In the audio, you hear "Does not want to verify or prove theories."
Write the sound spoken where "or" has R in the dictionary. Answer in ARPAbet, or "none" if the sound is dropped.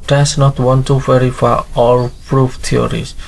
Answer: L